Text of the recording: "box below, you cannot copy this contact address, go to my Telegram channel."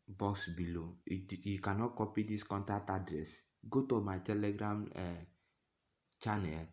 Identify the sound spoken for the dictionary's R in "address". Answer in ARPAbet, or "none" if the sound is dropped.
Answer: R